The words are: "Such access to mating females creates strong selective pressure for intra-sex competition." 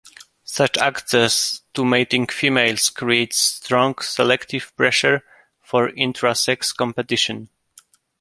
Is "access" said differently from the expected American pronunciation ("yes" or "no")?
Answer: no